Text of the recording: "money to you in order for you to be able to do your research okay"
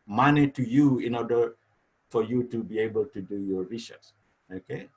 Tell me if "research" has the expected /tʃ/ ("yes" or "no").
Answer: no